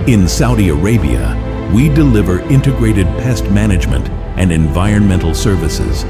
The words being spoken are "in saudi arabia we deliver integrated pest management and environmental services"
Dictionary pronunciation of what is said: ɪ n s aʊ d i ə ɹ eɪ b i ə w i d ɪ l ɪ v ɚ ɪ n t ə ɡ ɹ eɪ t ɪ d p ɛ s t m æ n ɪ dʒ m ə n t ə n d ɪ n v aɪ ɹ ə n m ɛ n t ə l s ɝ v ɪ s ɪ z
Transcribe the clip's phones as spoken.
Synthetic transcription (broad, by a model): ɪ n s aʊ d i ə ɹ eɪ b i ə w i d ɪ l ɪ v ɚ ɪ n t ə ɡ ɹ eɪ t ɪ d p ɛ s t m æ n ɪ dʒ m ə n t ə n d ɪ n v aɪ ɹ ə n m ɛ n t l s ɝ v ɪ s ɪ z